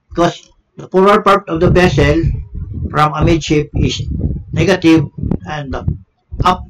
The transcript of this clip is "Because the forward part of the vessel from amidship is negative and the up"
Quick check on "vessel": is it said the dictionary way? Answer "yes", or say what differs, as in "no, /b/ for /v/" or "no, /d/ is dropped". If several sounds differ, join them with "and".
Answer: no, /b/ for /v/